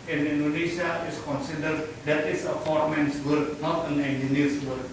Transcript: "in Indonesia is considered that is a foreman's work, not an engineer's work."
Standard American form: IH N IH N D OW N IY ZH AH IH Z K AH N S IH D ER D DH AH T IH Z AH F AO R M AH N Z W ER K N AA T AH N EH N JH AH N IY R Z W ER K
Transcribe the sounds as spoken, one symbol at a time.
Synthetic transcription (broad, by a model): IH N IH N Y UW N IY SH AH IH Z K AH N S IH D ER D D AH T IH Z AH P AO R M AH N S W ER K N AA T AH N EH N JH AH N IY R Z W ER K